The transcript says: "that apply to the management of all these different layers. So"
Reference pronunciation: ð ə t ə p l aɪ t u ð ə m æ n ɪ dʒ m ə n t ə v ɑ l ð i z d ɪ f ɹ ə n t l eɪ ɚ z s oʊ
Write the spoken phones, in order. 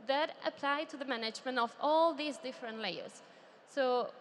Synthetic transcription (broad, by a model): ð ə t ə p l aɪ t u ð ə m æ n ɪ dʒ m ə n t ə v ɑ l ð i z d ɪ f ɹ ə n t l eɪ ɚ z s oʊ